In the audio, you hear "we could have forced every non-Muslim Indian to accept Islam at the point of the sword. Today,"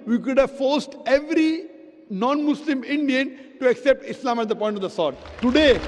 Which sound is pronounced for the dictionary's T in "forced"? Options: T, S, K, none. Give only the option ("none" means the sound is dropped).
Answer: T